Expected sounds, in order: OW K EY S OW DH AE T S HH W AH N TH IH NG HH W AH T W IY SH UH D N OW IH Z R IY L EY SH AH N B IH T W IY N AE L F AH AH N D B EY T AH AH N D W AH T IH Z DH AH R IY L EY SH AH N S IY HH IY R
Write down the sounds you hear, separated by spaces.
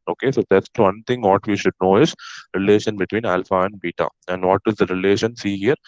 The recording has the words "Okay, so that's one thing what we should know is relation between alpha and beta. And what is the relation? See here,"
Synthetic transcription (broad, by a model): OW K EY S OW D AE T S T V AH N T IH NG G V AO T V IY SH UH D N OW IH Z R IY L EY SH AH N B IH T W IY N AE L F AH AH N D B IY T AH AH N D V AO T IH Z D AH R IY L EY SH AH N S IY HH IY R